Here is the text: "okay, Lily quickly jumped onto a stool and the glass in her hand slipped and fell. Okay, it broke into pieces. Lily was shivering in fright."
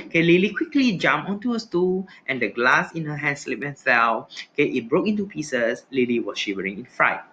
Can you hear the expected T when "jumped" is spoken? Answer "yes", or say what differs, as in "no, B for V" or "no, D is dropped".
no, T is dropped